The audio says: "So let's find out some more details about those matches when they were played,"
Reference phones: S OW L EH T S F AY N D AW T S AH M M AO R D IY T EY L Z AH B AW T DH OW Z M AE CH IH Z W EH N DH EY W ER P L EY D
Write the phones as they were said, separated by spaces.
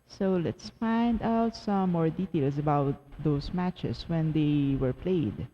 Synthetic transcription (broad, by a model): S OW L EH T S F AY N D AW T S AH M M AO R D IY T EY L S AH B AW T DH OW S M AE CH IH S W EH N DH EY W ER P L EY D